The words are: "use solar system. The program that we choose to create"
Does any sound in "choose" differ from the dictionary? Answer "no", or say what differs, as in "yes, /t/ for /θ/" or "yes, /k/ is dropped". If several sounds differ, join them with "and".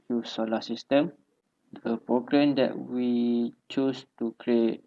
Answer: yes, /s/ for /z/